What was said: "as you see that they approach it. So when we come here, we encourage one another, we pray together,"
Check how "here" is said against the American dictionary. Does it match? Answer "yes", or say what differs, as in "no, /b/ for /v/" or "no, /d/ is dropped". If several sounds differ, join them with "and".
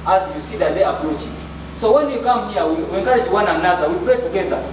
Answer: no, /w/ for /ɹ/